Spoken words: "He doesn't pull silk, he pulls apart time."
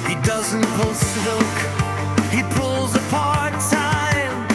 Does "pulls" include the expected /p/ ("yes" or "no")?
yes